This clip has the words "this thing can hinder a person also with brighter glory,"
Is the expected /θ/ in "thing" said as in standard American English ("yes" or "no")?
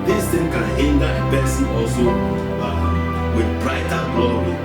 no